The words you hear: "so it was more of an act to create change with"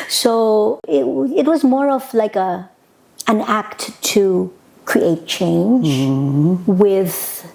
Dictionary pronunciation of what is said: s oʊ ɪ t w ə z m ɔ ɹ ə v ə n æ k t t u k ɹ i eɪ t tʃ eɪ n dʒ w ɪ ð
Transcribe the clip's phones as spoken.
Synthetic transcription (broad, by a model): s oʊ ɪ t w ə z m ɔ ɹ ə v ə n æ k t t u k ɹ i eɪ t tʃ eɪ n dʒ w ɪ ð